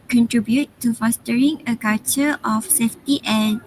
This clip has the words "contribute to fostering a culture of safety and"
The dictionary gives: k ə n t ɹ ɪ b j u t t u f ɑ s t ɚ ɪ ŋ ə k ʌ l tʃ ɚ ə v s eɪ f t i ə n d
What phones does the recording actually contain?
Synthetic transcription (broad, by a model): k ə n t ɹ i b j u t t u f ɑ s t ɚ ɪ ŋ ə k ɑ tʃ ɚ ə f s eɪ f t i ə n